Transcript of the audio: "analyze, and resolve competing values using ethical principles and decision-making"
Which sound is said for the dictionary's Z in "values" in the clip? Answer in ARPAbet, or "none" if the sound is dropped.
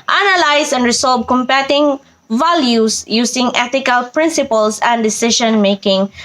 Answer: S